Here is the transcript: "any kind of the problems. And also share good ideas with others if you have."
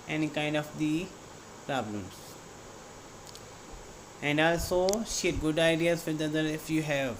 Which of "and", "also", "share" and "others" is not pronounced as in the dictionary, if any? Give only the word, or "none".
others